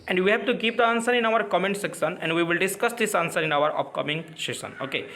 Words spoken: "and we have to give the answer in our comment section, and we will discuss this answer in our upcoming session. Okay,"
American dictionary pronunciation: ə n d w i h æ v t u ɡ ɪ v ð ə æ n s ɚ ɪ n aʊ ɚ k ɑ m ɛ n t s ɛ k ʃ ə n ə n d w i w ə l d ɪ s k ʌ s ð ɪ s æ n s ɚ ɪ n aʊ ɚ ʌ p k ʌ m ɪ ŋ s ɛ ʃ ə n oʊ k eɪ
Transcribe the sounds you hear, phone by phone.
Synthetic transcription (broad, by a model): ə n d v i h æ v t u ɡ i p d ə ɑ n s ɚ ɪ n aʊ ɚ k ɑ m ɛ n t s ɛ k s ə n ə n d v i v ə l d ɪ s k ʌ s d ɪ s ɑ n s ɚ ɪ n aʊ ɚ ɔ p k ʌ m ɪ ŋ ʃ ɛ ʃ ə n oʊ k eɪ